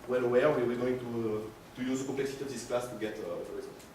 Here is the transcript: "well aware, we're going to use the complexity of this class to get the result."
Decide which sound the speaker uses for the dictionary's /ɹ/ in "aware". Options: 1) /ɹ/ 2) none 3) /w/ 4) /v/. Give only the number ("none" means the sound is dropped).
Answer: 3